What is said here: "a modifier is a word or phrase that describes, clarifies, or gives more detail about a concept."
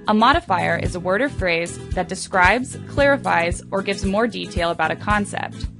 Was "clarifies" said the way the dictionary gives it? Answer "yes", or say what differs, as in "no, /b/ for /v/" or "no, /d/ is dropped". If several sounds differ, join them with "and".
yes